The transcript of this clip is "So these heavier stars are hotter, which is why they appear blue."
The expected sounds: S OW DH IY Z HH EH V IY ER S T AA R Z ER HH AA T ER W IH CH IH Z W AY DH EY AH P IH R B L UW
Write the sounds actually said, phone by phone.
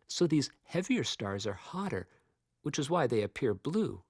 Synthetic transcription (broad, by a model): S OW DH IY Z HH EH V IY ER S T AA R Z ER HH AA T ER W IH CH IH Z W AY DH EY AH P IH R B L UW